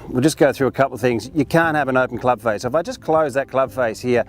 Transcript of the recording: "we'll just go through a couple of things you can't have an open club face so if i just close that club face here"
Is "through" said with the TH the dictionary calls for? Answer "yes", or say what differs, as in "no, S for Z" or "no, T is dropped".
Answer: yes